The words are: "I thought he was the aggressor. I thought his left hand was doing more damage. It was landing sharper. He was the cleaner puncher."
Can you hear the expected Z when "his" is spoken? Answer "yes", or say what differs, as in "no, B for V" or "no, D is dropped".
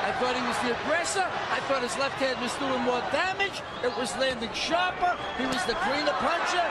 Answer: yes